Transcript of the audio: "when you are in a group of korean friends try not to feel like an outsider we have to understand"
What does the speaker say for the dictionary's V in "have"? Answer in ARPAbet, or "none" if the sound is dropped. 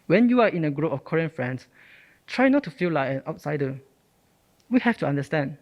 F